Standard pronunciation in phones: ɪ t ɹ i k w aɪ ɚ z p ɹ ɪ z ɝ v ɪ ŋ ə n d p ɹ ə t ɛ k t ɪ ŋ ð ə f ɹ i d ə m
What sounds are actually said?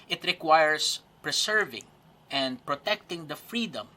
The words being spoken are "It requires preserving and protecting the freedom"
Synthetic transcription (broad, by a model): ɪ t ɹ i k w aɪ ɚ s p ɹ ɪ s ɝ v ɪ ŋ ə n d p ɹ ə t ɛ k t ɪ ŋ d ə f ɹ i d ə m